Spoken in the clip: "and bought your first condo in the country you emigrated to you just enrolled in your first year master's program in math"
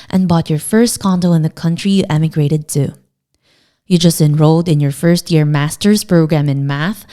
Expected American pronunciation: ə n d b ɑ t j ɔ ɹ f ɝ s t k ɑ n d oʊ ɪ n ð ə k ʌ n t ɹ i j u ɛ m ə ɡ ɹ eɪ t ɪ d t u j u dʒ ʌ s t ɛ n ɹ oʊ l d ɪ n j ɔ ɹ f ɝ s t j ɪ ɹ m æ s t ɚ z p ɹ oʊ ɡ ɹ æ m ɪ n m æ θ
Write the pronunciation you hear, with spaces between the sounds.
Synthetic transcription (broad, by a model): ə n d b ɑ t j ɔ ɹ f ɝ s t k ɑ n d oʊ ɪ n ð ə k ʌ n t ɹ i j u ɛ m ə ɡ ɹ eɪ t ɪ d t u j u dʒ ʌ s t ɛ n ɹ oʊ l d ɪ n j ɔ ɹ f ɝ s t j ɪ ɹ m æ s t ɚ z p ɹ oʊ ɡ ɹ æ m ɪ n m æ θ